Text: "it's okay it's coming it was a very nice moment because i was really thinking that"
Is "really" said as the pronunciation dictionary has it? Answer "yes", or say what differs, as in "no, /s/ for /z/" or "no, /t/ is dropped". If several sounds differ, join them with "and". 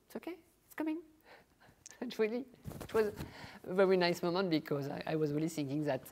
yes